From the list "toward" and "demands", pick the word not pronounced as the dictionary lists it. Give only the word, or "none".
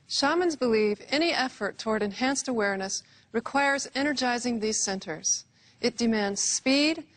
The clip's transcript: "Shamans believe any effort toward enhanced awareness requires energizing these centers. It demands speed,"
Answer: none